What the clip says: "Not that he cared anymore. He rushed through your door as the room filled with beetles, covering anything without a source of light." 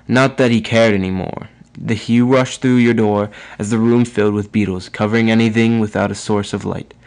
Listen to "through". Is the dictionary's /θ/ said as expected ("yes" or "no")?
yes